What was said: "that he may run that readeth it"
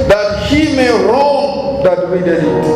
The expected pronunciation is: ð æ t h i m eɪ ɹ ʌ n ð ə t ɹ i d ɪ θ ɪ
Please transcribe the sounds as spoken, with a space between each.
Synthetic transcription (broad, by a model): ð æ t h i m eɪ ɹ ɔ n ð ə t w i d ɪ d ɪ